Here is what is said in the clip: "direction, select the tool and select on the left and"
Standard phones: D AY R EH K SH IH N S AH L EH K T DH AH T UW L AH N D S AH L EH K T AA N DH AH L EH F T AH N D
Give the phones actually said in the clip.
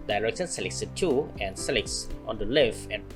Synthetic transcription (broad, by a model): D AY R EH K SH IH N S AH L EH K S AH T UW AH N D S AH L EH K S AA N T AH L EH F AH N